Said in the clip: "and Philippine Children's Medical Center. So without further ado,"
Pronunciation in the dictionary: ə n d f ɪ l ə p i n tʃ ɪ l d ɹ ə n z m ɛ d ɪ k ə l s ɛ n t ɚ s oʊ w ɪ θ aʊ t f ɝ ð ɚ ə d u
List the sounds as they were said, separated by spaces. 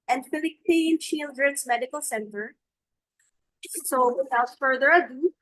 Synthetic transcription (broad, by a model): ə n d f ɪ l ə p i n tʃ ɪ l d ɹ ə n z m ɛ d ɪ k ə l s ɛ n t ɚ s oʊ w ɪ s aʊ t f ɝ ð ɚ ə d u